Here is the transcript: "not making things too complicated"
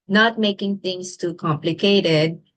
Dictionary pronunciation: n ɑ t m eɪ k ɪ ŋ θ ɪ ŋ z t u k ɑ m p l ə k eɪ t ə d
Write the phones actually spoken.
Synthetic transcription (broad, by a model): n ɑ t m eɪ k ɪ ŋ t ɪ ŋ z t u k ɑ m p l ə k eɪ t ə d